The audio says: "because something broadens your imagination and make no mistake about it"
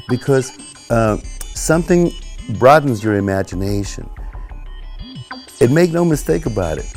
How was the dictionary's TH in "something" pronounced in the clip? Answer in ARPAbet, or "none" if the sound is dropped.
TH